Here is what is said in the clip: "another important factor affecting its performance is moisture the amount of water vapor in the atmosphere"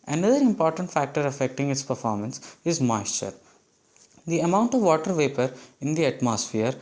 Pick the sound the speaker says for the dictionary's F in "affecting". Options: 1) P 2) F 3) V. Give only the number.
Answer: 2